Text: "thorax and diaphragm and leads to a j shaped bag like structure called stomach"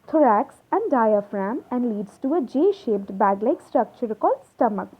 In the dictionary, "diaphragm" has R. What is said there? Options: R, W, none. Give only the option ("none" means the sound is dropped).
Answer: R